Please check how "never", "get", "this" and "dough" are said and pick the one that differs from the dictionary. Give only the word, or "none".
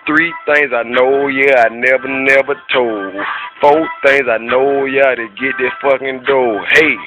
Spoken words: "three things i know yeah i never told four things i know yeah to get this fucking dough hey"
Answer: this